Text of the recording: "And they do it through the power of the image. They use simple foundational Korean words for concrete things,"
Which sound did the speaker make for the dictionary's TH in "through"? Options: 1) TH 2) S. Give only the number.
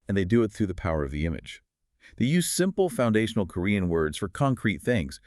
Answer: 1